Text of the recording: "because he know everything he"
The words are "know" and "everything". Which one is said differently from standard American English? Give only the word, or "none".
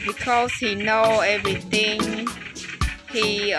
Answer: everything